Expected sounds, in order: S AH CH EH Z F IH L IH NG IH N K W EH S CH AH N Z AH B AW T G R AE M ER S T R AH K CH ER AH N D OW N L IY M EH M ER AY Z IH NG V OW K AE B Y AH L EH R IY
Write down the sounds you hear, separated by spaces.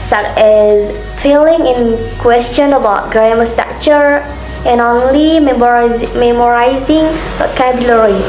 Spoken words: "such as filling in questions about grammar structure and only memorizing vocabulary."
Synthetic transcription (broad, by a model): S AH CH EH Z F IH L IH NG IH N K W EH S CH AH N AH B AW T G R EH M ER S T AA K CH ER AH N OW N L IY M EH M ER AY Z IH NG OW K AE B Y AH L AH R IY